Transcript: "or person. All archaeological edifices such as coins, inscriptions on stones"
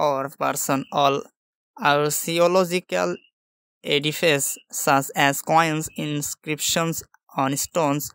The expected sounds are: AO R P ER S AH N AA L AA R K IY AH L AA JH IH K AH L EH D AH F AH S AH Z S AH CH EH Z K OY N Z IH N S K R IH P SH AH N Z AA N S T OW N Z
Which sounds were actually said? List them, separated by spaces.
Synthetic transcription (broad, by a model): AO R P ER S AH N AA L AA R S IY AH L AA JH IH K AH L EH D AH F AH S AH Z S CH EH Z K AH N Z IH N S K R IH P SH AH N S AA N S T OW N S